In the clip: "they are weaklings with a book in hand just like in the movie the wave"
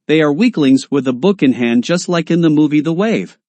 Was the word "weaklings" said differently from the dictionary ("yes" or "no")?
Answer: no